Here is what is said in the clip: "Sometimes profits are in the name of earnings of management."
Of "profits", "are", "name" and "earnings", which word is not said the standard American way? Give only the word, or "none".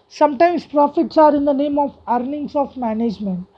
earnings